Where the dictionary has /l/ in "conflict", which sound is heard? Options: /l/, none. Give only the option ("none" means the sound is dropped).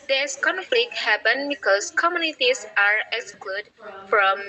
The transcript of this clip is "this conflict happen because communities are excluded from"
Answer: /l/